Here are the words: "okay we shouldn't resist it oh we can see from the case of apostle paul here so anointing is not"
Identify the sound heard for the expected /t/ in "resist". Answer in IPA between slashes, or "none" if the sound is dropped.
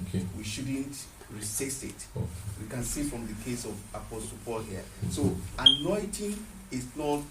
none